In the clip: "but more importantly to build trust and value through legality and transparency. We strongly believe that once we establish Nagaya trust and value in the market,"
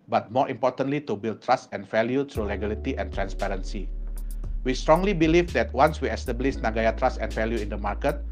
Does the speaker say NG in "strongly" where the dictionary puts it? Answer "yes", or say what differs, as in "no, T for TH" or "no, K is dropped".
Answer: yes